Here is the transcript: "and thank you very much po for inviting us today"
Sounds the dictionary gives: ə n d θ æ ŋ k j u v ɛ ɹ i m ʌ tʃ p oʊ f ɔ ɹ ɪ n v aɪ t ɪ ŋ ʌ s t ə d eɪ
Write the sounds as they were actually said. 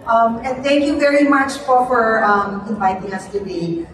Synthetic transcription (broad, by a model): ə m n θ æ ŋ k j u v ɛ ɹ i m ʌ tʃ f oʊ f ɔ ɹ ɪ n v aɪ t ɪ ŋ ʌ s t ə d eɪ